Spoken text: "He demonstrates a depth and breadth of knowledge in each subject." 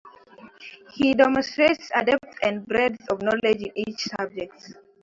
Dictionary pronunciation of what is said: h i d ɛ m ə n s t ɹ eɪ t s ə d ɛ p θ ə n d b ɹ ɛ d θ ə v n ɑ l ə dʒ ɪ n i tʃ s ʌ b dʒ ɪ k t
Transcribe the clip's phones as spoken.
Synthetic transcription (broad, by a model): h i d ɛ m ə n s t ɹ eɪ t s ə d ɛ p t ə n d b ɹ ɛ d s ə v n ɑ l ə dʒ ɪ n i tʃ s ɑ b dʒ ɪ k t